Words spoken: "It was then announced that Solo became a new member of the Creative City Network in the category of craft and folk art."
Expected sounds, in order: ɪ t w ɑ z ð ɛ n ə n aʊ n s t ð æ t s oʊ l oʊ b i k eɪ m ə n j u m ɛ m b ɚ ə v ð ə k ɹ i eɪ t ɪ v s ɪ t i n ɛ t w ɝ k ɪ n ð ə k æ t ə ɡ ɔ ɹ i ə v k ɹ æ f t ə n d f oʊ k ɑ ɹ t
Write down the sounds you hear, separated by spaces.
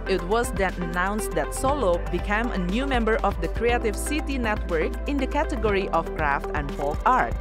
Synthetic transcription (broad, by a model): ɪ t w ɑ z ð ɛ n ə n aʊ n s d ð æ t s oʊ l oʊ b i k eɪ m ə n j u m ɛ m b ɚ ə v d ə k ɹ i eɪ t ɪ v s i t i n ɛ t w ɝ k ɪ n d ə k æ t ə ɡ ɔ ɹ i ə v k ɹ æ f t ə n d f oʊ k ɑ ɹ t